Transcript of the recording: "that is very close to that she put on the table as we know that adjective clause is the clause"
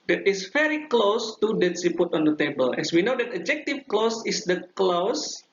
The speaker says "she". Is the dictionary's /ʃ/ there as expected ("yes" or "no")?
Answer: no